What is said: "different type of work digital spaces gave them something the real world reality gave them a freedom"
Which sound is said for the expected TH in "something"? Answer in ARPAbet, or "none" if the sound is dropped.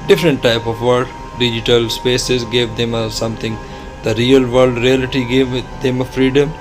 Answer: T